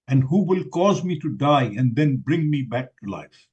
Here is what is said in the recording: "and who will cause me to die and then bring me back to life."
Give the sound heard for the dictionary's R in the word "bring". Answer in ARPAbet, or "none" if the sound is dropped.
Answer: R